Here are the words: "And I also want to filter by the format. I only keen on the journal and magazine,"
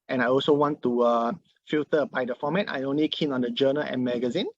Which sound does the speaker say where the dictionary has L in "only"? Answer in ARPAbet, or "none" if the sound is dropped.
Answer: L